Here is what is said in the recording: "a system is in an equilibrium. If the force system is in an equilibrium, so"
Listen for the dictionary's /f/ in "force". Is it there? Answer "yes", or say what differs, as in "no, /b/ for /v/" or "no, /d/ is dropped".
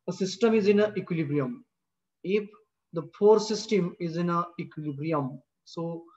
no, /p/ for /f/